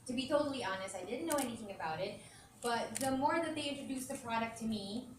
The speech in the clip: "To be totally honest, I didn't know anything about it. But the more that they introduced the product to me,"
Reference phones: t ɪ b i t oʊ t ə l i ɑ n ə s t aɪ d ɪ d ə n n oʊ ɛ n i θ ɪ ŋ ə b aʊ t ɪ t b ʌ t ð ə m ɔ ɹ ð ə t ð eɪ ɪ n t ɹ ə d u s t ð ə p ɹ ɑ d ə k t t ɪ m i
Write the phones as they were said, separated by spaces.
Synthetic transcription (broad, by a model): t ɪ b i t oʊ t l i ɑ n ə s t aɪ d ɪ d n n oʊ ɛ n i θ ɪ ŋ ə b aʊ t ɪ t b ʌ t ð ə m ɔ ɹ ð ə t ð eɪ ɪ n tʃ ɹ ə d u s ð ə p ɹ ɑ d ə k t t ɪ m i